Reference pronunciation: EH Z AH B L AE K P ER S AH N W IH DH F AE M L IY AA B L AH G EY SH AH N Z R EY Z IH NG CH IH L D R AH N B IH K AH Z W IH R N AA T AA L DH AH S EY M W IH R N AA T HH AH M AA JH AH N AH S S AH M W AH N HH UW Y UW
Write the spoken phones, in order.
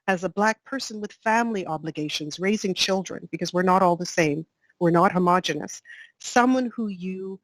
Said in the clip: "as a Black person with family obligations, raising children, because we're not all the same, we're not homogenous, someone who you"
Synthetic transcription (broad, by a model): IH Z AH B L AE K P ER S AH N W IH DH F AE M L IY AA B L AH G EY SH AH N Z R EY Z IH NG CH IH L D R AH N B IH K AH Z W IH R N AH T AA L DH AH S EY M W IH R N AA T HH AH M AA JH AH N AH S S AH M W AH N HH UW Y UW